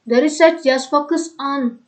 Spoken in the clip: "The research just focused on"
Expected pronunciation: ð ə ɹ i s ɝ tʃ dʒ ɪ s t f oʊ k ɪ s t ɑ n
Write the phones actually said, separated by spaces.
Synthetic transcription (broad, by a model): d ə ɹ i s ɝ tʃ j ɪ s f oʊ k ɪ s ɑ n